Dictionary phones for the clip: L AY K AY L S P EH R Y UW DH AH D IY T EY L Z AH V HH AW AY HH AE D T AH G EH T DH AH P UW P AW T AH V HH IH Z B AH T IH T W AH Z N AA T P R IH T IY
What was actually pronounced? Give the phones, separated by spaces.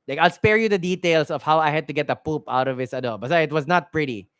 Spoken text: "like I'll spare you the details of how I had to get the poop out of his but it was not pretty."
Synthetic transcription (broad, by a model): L AY K AY L S P EH R Y UW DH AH D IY T EY L S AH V HH AW AY HH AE D T AH G EH T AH P UW P AW T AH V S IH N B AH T IH T W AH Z N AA T P R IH T IY